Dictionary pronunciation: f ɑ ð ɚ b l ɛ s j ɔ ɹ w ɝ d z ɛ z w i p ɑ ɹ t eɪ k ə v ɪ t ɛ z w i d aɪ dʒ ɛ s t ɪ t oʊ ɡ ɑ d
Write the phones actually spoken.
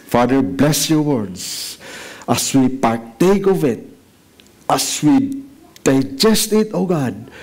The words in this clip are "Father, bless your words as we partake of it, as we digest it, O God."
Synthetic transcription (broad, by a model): f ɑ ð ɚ b l ɛ s j ɔ ɹ w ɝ d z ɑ s w i p ɑ ɹ t eɪ k ə v ɪ t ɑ s w i d aɪ dʒ ɛ s t ɪ t oʊ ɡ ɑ d